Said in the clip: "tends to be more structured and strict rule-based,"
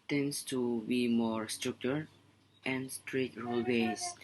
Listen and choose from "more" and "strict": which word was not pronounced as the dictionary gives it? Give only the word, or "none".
strict